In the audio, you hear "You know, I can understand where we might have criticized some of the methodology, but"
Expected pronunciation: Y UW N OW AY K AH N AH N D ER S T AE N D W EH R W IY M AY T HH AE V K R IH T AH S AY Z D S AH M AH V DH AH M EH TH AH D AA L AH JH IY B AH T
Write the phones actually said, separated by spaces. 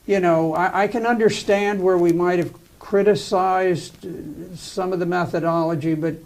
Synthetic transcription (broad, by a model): Y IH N OW AY K AH N AH N D ER S T AE N D W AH R W IY M AY T HH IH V K R IH T AH S AY Z D S AH M AH V DH AH M EH TH AH D AA L AH JH IY B AH T